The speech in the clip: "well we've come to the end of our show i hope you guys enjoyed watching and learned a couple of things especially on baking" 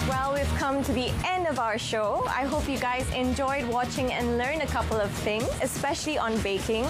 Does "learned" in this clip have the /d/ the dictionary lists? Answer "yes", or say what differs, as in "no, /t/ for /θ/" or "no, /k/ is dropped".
no, /d/ is dropped